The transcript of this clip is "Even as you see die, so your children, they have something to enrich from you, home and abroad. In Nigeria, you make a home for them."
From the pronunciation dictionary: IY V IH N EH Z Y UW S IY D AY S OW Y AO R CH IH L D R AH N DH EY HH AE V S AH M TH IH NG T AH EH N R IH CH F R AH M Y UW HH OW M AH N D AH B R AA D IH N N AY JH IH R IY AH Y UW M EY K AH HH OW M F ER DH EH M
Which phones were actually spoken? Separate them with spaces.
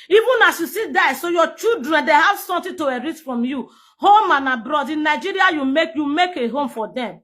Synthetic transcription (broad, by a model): IY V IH N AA S Y UW S IY D AY S OW Y AO CH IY L D R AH N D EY HH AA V S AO M T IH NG T AH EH R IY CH F R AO M Y UW HH OW M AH N AH B R AA D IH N N AY JH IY R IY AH Y UW M EY K AH HH OW M F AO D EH M